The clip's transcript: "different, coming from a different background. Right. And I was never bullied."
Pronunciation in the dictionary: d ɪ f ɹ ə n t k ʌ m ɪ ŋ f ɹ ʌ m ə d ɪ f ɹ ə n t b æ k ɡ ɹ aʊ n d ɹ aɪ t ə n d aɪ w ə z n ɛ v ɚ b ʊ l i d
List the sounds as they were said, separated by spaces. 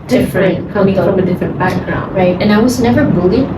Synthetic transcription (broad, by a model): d ɪ f ɹ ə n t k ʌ ɪ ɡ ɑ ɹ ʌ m ə d ɪ f ɹ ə n b æ k ɡ ɹ aʊ n d ɹ aɪ t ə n aɪ w ə z n ɛ v ɚ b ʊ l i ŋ